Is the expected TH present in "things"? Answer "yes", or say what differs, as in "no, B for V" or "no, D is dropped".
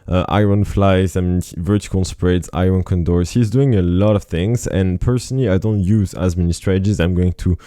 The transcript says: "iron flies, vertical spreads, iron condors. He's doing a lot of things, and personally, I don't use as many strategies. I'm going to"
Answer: yes